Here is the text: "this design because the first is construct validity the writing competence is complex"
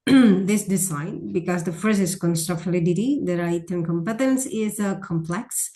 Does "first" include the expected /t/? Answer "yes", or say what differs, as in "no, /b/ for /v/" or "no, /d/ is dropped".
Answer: no, /t/ is dropped